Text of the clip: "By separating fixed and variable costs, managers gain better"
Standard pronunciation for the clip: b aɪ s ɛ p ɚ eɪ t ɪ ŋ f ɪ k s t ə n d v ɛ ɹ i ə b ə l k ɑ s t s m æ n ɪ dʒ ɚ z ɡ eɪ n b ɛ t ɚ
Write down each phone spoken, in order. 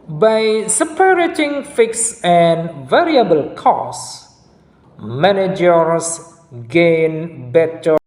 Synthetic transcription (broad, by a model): b aɪ s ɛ p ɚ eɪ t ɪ ŋ f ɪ k s ə n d v ɛ ɹ i ə b ə l k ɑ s s m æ n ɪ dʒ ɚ s ɡ eɪ n b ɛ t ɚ